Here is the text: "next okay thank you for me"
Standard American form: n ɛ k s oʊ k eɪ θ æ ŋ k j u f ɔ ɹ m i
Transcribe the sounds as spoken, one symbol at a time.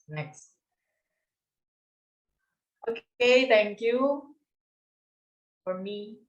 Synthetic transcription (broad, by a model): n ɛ k s oʊ k eɪ t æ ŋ k j u f ɔ ɹ m i